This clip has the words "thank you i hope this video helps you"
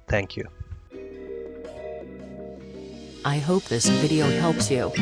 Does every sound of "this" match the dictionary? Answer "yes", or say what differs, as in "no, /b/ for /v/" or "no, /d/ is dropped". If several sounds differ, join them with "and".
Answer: yes